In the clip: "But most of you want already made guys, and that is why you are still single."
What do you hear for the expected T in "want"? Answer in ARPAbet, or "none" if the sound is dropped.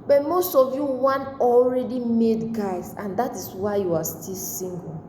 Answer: none